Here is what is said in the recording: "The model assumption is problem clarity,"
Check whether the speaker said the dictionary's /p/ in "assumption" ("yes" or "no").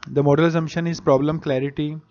no